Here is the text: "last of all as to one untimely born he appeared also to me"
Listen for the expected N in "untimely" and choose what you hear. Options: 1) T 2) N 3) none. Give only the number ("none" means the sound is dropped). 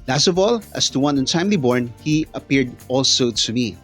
2